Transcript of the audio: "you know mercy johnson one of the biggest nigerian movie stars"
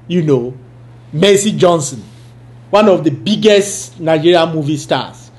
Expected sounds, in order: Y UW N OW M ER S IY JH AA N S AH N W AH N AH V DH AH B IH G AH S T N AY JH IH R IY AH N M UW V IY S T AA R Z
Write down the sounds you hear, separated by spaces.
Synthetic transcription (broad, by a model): Y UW N OW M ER S IY JH AA N S AH N W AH N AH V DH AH B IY G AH S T N AY JH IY R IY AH M UW V IY S T AA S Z